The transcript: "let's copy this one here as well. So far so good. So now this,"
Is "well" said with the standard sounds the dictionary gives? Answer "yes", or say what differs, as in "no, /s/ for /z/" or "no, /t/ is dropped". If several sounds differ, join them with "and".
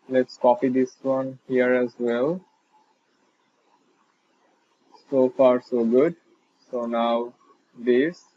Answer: yes